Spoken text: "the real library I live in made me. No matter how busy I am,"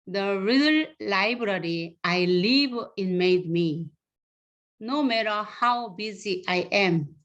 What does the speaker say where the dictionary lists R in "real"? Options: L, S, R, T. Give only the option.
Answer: R